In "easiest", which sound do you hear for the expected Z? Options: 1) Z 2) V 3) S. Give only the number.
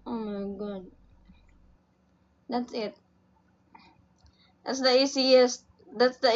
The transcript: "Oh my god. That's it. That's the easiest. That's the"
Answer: 3